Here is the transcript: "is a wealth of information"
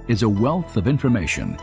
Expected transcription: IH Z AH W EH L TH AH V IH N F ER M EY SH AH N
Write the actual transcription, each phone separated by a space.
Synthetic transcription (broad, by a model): IH Z AH W EH L TH AH V IH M F ER M EY SH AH N